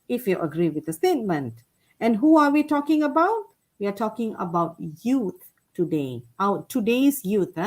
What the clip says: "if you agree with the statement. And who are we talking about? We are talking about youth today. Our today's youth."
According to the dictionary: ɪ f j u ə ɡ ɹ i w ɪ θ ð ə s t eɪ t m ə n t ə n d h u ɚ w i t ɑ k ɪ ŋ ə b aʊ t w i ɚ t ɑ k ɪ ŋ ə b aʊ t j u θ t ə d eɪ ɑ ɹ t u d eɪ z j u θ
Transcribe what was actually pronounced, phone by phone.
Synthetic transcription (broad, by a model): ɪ f j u ə ɡ ɹ i w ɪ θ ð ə s t eɪ t m ə n t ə n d h u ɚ w i t ɑ k ɪ ŋ ə b aʊ t w i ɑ t ɑ k ɪ ŋ ə b aʊ t j u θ t ə d eɪ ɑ w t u d eɪ s j u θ